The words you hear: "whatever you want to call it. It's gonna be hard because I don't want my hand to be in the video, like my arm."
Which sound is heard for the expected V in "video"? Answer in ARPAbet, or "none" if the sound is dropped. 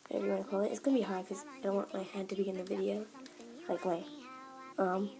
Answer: V